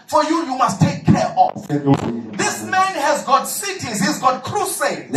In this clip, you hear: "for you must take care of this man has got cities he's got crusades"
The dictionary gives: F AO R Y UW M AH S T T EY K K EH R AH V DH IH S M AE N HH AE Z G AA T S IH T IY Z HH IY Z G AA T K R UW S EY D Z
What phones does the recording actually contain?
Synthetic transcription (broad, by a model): F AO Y Y UW M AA S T T EY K K EH R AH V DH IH S M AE N HH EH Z G AA T S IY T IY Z HH IY Z G AA T K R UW S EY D